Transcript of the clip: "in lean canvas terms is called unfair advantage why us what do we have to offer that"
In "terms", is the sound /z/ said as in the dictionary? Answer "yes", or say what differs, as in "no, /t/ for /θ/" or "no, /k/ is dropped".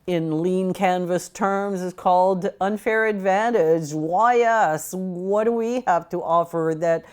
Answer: yes